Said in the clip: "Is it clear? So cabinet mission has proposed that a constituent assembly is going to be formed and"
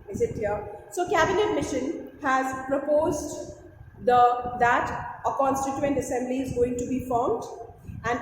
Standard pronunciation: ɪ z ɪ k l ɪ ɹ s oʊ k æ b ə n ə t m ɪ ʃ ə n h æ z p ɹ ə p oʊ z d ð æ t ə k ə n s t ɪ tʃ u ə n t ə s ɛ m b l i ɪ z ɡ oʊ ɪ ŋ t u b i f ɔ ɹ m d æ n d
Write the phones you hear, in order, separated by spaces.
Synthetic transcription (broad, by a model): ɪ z ɪ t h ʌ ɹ s oʊ k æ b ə n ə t m ɪ ʃ ə n h æ z p ɹ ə p oʊ z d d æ t ə k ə n s t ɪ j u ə n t ə s ɛ m b l i ɪ z ɡ oʊ ɪ ŋ t u b i f ɔ ɹ m d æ n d